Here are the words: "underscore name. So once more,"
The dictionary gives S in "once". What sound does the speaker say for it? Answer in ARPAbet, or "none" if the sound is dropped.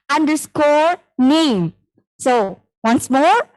S